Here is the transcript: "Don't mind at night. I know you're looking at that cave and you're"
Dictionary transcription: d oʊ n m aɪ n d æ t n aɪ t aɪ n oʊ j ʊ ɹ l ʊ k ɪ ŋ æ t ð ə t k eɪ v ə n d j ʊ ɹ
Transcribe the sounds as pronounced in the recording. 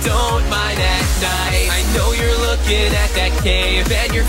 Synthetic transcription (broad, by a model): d oʊ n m aɪ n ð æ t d aɪ aɪ n oʊ j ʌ ɹ l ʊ k ɪ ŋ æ t ð ə t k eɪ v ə n j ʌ ɹ